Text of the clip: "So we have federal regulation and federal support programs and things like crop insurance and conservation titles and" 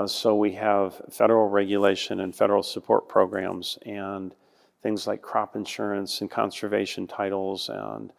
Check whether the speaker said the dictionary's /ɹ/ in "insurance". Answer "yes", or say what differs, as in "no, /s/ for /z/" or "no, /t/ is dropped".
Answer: yes